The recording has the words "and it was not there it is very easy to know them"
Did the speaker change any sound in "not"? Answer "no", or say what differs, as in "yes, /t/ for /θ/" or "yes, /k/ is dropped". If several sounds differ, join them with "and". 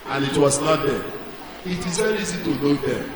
yes, /l/ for /n/